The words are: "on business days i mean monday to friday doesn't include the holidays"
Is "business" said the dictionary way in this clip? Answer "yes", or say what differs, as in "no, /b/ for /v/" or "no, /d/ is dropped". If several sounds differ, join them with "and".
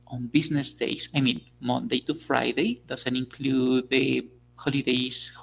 no, /s/ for /z/